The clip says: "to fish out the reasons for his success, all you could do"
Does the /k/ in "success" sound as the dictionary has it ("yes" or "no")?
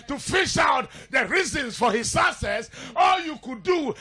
no